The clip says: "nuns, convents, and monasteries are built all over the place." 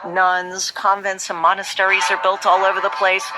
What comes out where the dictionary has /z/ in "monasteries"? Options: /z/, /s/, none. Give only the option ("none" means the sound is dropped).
/z/